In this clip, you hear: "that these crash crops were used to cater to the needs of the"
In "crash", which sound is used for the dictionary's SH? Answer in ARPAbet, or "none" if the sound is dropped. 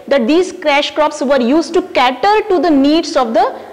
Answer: SH